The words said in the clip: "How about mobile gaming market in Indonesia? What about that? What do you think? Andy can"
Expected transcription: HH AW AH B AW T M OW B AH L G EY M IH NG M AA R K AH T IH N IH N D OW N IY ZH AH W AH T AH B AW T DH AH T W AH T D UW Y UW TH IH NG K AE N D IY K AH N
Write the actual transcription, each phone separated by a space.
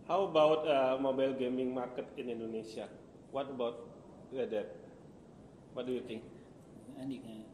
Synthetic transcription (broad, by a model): HH AW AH B AW T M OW B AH L G EY M IH NG M AA R K AH T IH N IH N D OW N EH S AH W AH T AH B AW T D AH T W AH T D UW Y UW T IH NG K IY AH